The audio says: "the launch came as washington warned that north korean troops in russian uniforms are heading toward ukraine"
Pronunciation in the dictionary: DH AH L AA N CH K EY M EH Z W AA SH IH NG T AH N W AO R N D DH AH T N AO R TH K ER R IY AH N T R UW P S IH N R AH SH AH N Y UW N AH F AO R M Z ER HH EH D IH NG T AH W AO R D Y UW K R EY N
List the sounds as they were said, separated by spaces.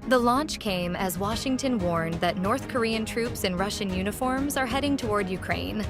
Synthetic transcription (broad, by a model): DH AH L AA N CH K EY M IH Z W AA SH IH NG T AH N W AO R N DH AH T N AO R TH K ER R IY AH N T R UW P S IH N R AH SH AH N Y UW N AH F AO R M Z ER HH EH D IH NG T AH W AO R D Y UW K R EY N